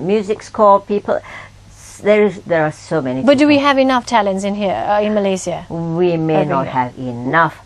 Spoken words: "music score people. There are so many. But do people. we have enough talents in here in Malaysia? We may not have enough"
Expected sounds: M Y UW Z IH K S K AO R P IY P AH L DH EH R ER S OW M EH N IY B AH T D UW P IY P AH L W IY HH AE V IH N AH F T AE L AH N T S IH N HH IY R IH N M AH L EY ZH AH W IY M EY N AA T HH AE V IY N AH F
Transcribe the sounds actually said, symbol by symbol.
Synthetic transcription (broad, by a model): M Y UW Z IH K S K AO L P IY P AH L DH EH R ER S OW M EH N IY B AH T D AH W IY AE V IH N AH F T AE L AH N T S IH N HH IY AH IH N M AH L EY S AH W IY M EY N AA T HH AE V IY N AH F